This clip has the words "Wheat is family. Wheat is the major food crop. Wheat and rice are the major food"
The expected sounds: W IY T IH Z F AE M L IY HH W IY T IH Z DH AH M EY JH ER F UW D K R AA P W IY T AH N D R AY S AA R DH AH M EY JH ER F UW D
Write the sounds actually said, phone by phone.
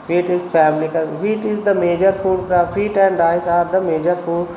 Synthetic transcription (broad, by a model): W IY T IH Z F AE M L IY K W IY T IH Z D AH M EY JH ER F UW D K AA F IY T AH N D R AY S AA R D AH M EY JH ER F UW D